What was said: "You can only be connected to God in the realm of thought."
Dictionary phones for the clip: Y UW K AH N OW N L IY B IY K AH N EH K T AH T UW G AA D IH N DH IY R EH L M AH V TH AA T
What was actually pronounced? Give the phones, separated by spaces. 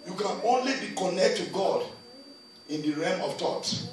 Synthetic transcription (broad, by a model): Y UW K AH N OW N L IY B IY K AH N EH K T T UW G AA D IH N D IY R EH M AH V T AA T